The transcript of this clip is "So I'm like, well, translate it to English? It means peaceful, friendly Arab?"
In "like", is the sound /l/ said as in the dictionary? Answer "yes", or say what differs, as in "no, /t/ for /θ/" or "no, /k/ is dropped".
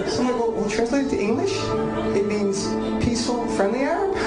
no, /w/ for /l/